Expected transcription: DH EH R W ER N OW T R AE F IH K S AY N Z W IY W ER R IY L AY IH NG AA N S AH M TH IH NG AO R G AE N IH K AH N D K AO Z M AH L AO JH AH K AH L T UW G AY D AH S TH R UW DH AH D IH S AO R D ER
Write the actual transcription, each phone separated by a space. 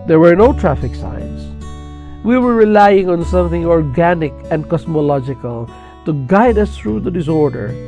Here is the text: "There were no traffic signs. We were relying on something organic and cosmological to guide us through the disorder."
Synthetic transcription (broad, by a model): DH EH R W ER N OW T R AE F IH K S AY N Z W IY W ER R IY L AY IH NG AA N S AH M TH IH NG AO R G AE N IH K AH N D K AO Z M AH L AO JH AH K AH L T UW G AY D AH S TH R UW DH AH D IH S AO R D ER